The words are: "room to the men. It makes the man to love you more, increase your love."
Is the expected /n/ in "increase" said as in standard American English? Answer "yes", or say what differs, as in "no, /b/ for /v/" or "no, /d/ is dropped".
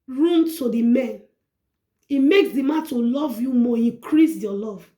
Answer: no, /n/ is dropped